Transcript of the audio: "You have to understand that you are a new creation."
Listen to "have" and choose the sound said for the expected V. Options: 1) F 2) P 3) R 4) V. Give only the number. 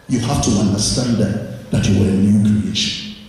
1